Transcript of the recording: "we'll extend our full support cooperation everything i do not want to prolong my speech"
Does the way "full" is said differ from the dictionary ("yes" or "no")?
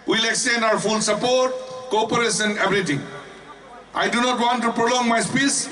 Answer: yes